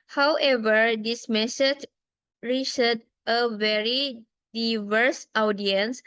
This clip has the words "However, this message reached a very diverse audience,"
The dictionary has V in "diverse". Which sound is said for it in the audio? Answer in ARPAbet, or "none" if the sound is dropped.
V